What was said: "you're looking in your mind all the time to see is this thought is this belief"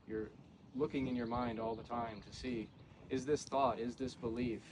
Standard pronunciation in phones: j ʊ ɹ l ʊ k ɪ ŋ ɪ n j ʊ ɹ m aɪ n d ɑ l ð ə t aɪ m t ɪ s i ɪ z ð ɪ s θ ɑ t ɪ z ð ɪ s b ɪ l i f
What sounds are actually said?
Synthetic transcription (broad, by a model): j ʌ ɹ l ʊ k ɪ ŋ ɪ n j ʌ ɹ m aɪ n d ɑ l ð ə t aɪ m t ɪ s i ɪ z ð ɪ s θ ɑ t ɪ z ð ɪ s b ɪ l i f